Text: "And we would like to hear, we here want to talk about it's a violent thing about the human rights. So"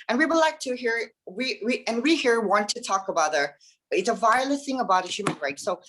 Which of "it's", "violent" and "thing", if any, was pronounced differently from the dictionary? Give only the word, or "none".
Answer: violent